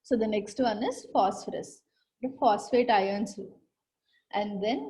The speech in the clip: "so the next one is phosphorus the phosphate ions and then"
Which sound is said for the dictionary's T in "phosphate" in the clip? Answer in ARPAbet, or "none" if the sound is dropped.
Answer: T